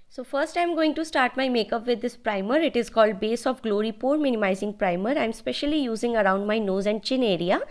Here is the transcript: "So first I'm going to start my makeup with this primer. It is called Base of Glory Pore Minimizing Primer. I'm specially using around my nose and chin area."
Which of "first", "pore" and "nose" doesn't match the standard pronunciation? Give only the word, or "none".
none